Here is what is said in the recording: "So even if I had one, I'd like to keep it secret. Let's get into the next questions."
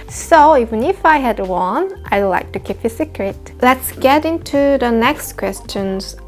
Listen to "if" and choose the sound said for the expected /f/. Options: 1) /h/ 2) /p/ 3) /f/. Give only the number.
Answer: 3